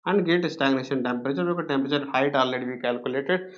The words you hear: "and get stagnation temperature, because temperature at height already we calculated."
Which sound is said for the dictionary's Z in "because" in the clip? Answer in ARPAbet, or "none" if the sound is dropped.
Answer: none